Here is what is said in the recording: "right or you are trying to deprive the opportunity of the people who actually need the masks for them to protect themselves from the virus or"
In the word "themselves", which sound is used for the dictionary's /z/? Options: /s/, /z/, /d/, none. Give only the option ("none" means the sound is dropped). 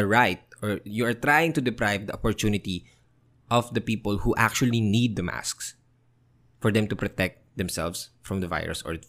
/s/